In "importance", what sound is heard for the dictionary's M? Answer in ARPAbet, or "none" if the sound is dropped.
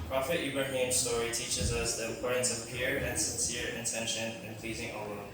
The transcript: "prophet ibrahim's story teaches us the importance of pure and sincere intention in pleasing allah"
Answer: none